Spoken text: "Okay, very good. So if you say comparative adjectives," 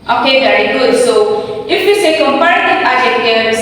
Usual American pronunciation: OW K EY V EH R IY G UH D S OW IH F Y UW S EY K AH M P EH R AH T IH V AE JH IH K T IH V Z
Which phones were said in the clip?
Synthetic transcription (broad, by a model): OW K EY V EH R IY G UH D S OW IH F Y UW S EY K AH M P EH R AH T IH AA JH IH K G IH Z